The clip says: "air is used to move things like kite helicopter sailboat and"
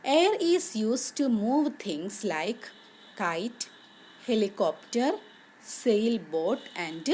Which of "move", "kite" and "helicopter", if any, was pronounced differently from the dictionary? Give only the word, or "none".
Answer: none